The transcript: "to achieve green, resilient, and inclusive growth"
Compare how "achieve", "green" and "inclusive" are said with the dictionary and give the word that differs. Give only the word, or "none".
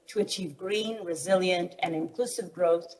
none